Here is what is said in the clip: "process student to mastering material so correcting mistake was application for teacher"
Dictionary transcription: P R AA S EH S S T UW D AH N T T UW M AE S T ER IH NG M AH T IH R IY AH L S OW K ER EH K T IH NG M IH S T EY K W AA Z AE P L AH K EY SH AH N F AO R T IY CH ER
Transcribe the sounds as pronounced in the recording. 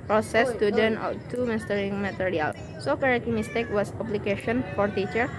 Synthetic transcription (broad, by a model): P R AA S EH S S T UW D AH N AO T UW M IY S T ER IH NG M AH T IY R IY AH L S OW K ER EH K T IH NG M IH S T EY K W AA S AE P L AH K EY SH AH N F AO R T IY CH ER